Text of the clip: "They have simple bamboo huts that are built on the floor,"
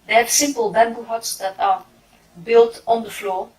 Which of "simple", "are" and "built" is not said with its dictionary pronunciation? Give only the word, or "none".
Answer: none